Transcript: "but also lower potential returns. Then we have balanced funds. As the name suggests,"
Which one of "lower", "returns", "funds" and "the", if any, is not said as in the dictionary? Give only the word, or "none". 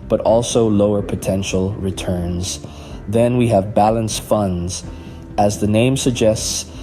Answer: none